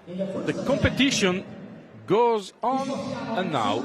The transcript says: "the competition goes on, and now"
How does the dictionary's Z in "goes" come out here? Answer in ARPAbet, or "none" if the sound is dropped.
Z